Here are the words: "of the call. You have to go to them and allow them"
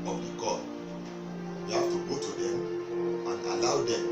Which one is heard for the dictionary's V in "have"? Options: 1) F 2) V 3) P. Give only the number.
1